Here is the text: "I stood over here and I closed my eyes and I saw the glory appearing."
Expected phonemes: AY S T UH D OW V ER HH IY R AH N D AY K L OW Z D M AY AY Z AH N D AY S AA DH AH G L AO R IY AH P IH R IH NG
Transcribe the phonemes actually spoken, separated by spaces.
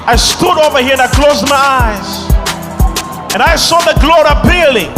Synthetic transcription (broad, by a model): AY S T UH D OW V ER HH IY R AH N AY K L OW Z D M AY AY Z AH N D AY S AA DH AH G L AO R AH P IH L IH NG